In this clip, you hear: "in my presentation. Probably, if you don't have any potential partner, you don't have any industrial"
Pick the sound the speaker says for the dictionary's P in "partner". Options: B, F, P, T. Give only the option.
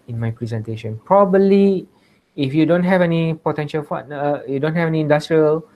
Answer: F